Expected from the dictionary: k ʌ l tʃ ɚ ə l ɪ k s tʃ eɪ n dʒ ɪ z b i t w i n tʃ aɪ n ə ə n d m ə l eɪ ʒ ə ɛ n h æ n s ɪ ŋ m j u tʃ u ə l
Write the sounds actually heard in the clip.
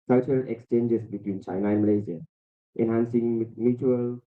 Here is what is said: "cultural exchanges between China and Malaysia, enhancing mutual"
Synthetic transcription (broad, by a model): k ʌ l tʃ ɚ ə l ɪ k s tʃ eɪ n dʒ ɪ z b i t w i n tʃ aɪ n ə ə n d m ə l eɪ z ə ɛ n h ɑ n s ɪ ŋ m j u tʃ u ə l